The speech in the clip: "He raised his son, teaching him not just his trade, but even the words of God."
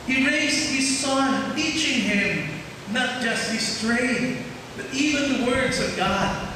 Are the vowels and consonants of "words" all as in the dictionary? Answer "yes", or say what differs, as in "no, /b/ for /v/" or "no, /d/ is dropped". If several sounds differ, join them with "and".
yes